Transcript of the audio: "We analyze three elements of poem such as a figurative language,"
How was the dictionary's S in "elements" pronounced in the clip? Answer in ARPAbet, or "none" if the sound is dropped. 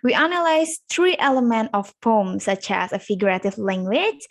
none